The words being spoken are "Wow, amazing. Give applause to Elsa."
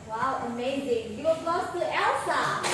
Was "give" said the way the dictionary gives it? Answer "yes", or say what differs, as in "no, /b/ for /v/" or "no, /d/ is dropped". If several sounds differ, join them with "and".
no, /w/ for /v/